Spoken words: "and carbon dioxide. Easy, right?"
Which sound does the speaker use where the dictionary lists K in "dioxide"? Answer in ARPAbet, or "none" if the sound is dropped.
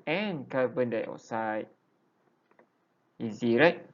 none